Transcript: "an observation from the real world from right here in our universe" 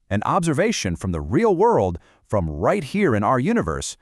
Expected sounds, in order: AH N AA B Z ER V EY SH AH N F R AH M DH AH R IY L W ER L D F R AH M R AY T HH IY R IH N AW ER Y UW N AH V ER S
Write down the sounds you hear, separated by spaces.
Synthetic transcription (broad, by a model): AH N AA B Z ER V EY SH AH N F R AH M DH AH R IY L W ER L D F R AH M R AY T HH IY R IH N AW ER Y UW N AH V ER S